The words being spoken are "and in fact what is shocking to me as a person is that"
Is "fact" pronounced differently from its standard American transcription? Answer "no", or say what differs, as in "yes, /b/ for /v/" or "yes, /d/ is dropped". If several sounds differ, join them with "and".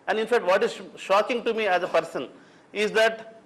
no